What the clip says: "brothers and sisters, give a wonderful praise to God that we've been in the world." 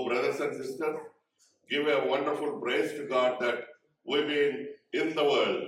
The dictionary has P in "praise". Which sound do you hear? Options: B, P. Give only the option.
B